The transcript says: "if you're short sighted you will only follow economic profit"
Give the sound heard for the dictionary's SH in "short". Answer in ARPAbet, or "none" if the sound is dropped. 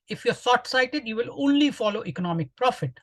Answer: S